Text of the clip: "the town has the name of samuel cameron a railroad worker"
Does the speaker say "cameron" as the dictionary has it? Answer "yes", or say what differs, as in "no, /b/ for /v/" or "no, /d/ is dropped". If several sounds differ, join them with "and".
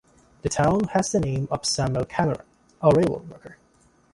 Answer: no, /n/ is dropped